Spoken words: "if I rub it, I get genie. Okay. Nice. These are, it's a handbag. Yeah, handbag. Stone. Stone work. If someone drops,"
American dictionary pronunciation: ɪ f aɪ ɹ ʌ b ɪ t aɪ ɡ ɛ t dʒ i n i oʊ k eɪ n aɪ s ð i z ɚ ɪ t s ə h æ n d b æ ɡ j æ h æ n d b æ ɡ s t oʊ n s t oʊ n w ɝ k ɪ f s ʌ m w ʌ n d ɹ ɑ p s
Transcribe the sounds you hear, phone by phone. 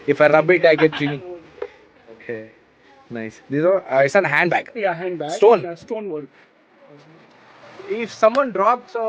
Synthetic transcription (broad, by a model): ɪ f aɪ ɹ ʌ b ɪ t aɪ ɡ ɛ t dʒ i i oʊ k eɪ n aɪ s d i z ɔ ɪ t s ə h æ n d b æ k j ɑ h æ n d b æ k s t oʊ n s t oʊ n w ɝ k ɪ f s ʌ m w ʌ n d ɹ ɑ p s